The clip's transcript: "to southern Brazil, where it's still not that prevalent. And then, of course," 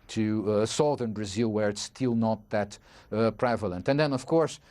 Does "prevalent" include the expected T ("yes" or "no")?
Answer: yes